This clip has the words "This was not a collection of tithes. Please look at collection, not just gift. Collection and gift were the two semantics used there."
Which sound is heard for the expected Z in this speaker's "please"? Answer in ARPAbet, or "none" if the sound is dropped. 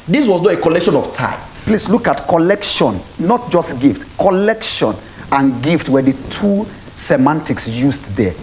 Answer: S